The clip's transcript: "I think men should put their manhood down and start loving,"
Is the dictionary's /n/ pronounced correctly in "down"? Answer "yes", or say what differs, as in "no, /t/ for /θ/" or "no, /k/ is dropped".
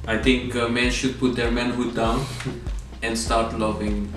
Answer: yes